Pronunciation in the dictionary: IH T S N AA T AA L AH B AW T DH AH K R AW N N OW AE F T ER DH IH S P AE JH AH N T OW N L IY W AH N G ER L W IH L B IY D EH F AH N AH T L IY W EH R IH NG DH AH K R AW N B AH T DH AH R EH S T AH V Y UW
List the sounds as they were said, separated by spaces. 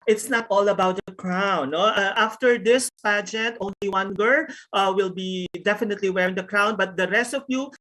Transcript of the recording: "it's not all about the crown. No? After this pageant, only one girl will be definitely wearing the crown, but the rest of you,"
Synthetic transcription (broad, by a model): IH T S N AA T AA L AH B AW T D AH K R AW N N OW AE F T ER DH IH S P AE JH AH N T OW N L IY W AH N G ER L W IH L B IY D EH F AH N AH T L IY W EH R IH NG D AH K R AW N B AH T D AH R EH S T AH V Y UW